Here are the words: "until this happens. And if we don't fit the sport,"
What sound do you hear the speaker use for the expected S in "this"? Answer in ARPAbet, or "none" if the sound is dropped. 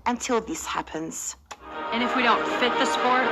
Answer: S